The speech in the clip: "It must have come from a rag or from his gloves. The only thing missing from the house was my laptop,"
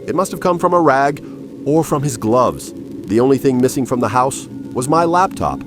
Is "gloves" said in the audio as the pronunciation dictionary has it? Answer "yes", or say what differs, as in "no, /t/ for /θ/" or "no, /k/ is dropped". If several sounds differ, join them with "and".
yes